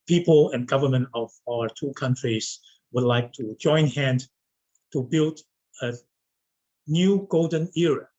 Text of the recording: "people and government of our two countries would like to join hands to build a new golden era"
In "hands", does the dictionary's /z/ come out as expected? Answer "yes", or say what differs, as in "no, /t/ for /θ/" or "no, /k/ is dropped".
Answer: no, /z/ is dropped